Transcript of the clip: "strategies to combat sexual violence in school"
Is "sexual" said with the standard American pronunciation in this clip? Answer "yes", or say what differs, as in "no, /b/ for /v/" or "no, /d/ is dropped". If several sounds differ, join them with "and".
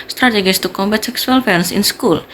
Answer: no, /s/ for /ʃ/